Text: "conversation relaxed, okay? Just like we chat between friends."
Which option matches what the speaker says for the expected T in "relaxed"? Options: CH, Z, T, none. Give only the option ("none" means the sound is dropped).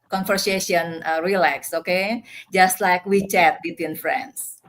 none